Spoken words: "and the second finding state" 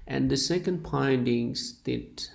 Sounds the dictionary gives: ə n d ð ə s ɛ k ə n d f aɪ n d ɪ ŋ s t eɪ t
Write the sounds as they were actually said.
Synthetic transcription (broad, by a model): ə n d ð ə s ɛ k ə n d p aɪ n d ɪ ŋ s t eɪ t